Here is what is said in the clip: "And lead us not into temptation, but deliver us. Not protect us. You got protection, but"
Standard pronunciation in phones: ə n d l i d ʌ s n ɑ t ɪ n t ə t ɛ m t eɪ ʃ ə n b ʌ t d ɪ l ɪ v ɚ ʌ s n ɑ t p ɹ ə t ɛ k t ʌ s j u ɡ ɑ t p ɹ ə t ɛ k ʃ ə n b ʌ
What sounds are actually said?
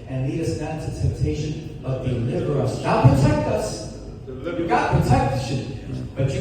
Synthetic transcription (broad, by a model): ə n l i d ʌ s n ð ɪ t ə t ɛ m t eɪ ʃ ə n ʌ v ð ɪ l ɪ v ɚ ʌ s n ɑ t p ɹ ə t ɛ k t ʌ s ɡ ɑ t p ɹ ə t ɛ k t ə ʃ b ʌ